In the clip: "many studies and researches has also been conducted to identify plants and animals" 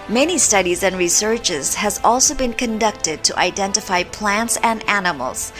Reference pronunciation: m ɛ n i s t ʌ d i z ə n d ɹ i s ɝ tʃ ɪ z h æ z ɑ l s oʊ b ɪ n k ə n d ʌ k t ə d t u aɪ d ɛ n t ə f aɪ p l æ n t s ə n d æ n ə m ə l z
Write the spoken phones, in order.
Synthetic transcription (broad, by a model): m ɛ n i s t ʌ d i z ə n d ɹ i s ɝ tʃ ɪ z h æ z ɑ l s oʊ b ɪ n k ə n d ʌ k t ə d t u aɪ d ɛ n t ə f aɪ p l æ n t s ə n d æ n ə m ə l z